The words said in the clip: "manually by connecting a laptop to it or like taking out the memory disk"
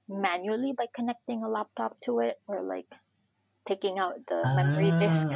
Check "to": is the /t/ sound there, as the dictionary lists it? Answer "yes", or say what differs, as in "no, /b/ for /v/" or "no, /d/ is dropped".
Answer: yes